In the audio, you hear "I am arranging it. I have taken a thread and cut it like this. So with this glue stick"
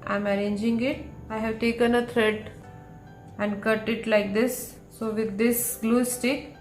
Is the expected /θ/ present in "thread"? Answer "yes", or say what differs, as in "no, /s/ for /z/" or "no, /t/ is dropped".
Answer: no, /t/ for /θ/